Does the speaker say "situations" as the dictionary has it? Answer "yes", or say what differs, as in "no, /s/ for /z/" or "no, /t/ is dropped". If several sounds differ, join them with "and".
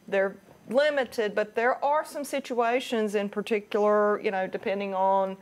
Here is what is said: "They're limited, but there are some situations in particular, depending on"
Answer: yes